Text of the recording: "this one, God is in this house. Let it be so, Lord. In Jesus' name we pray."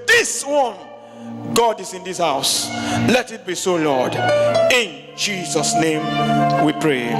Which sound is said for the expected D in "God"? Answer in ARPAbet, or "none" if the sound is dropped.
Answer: D